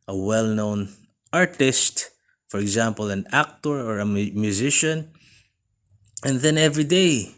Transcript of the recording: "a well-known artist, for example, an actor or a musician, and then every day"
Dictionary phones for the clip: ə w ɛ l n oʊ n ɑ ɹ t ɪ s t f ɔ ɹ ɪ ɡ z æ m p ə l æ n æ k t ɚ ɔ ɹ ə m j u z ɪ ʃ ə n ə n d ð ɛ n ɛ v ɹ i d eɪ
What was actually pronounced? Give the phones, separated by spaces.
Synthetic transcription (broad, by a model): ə w ɛ l n oʊ n ɑ ɹ t ɪ s t f ɔ ɹ ɪ ɡ z æ m p ə l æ n æ k t ɚ ɔ ɹ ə m j u z ɪ ʃ ə n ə n ð ɛ n ɛ v ɹ i d eɪ